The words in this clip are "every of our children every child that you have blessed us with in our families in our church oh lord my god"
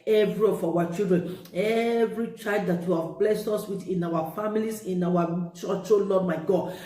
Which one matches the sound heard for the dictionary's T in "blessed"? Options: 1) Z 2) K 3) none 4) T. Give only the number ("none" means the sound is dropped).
4